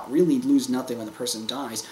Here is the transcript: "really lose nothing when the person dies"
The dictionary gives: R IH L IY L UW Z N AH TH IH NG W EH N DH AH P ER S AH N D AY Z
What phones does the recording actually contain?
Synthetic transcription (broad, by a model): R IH L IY L UW Z N AH TH IH NG W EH N DH AH P ER S AH N D AY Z